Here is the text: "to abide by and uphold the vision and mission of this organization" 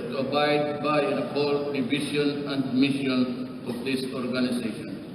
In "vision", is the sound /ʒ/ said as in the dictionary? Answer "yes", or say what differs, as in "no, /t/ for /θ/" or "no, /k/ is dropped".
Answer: no, /ʃ/ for /ʒ/